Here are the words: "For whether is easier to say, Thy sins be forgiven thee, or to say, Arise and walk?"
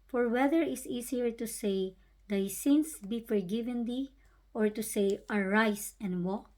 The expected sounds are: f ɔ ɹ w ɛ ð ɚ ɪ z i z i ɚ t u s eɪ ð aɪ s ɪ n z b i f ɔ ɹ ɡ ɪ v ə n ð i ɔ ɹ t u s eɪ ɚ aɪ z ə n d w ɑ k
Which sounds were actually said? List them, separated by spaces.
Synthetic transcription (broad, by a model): f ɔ ɹ w ɛ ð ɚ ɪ s i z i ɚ t u s eɪ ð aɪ s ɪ n s b i f ɔ ɹ ɡ ɪ v ə n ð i ɔ ɹ t u s eɪ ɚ aɪ s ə n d w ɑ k